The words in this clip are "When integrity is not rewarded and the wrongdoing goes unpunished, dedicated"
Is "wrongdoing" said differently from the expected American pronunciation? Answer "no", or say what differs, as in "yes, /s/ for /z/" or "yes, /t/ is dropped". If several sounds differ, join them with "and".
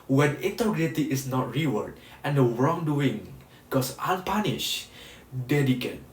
no